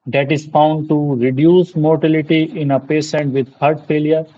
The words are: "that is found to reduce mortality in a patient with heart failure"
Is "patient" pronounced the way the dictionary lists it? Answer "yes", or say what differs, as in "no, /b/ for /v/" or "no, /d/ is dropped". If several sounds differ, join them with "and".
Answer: no, /s/ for /ʃ/